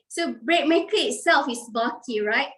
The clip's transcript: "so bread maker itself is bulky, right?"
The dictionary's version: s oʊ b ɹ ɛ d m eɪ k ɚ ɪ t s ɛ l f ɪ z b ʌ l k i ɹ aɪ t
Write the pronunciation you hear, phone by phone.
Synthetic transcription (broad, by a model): s oʊ b ɹ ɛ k m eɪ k ɪ t s ɛ l f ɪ s b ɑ k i ɹ aɪ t